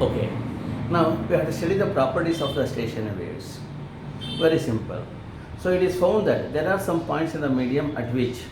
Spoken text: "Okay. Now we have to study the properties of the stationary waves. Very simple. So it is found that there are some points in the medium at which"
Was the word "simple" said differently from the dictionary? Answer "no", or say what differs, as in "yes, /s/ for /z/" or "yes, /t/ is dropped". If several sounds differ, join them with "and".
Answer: no